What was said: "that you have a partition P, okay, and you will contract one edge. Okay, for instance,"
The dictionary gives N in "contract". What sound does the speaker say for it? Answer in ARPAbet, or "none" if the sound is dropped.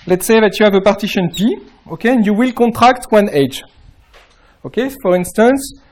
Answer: none